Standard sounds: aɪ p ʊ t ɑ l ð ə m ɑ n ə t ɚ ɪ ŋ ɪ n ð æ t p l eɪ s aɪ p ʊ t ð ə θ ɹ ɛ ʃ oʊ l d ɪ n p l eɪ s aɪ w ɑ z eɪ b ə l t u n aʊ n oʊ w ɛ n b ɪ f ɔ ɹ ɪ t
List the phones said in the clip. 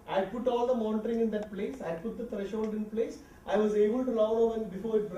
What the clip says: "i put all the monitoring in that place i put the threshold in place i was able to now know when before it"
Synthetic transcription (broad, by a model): aɪ p ʊ t ɑ l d ə m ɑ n t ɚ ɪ ŋ ɪ n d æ t p l eɪ s aɪ p ʊ t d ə t ɹ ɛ ʃ oʊ l d ɪ n p l eɪ s aɪ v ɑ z eɪ b ə l t u l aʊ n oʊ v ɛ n b ɪ f ɔ ɹ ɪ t